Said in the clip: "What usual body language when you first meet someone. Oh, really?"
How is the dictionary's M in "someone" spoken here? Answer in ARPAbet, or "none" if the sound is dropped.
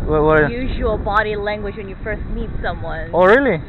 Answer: M